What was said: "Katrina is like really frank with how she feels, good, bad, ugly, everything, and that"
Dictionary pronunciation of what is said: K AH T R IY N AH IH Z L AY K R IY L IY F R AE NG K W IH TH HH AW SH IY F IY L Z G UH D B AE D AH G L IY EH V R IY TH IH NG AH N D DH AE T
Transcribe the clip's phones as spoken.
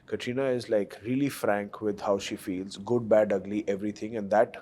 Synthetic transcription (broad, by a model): K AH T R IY N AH IH Z L AY K R IY L IY F R AE NG K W IH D HH AW SH IY F IY L Z G UH D B AE D AH G L IY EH V R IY T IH NG AH N D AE T